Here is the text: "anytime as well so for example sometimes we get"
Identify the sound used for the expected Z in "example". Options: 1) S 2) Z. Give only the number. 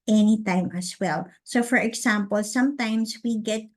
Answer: 1